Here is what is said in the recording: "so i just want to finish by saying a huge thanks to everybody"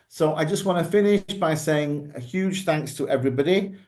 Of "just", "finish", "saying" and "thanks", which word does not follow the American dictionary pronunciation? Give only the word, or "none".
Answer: none